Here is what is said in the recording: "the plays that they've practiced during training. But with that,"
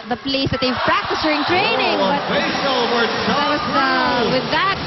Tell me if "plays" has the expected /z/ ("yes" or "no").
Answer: no